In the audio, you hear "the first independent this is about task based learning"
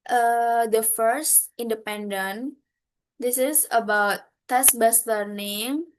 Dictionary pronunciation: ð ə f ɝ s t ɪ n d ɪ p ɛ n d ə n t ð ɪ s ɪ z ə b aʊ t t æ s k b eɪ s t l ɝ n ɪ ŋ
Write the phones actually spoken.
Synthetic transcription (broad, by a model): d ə f ɝ s t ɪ n d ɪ p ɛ n d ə n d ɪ s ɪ s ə b aʊ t t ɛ s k b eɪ s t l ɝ n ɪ ŋ